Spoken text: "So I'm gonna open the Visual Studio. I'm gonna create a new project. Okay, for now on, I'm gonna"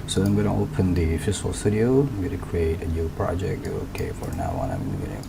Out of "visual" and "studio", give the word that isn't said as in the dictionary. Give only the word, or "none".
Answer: visual